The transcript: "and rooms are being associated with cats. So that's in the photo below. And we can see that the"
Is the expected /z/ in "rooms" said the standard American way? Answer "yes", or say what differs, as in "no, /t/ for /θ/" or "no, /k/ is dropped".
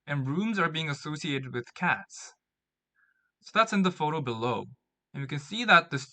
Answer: yes